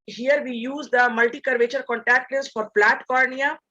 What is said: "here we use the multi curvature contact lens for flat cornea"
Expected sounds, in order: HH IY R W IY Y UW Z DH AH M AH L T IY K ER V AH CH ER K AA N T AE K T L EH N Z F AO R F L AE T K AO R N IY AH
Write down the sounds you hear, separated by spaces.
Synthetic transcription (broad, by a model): HH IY R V IY Y UW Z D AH M AH L T IY K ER V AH CH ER K AA N T AE K T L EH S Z F AO R P L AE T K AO R N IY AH